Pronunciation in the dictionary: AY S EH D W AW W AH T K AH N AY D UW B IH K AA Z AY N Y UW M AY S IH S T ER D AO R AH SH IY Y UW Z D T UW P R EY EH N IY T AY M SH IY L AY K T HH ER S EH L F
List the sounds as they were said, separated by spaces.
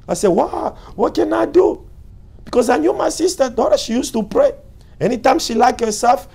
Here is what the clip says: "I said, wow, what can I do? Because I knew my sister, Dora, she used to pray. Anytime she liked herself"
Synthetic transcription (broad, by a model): AY S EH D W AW W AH T K AH N AY D UW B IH K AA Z AY N Y UW M AY S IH S T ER D AO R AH SH IY Y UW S T UW P R EY EH N IY T AY M SH IY L AY K T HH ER S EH L F